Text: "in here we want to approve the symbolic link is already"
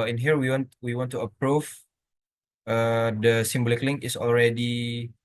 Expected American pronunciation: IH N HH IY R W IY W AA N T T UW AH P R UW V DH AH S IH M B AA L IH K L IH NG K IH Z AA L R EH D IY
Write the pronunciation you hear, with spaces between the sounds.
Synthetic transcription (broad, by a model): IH N HH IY R W IY W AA N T T UW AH P R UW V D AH S IH M B AA L IH K L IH NG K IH S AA L R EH D IY